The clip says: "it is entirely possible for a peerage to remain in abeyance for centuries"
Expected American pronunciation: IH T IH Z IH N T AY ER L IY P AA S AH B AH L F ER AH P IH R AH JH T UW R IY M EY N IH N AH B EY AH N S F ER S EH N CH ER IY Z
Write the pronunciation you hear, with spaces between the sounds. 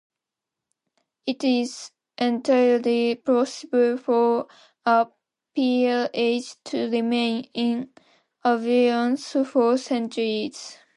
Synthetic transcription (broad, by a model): IH T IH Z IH N T AY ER L IY P AA S AH B AH L F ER AH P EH L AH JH T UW R IY M EY N IH N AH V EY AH N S F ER S EH N CH ER IY Z